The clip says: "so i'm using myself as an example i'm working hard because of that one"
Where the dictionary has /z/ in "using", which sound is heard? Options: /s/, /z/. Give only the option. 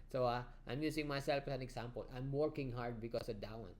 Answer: /s/